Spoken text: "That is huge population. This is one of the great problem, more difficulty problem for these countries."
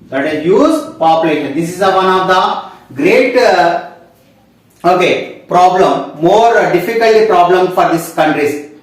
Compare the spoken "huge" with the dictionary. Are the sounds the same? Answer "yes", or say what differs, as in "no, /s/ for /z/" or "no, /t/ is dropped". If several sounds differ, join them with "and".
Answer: no, /z/ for /dʒ/